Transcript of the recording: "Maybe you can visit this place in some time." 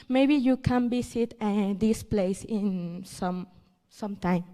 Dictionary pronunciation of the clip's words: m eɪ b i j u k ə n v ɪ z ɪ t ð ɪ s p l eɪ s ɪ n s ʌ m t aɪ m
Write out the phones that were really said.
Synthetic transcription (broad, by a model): m eɪ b i j u k ə n b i s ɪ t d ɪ s p l eɪ s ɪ n s ʌ m t aɪ m